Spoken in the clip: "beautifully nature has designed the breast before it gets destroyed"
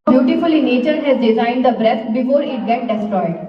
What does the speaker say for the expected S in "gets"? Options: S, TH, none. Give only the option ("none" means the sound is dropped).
none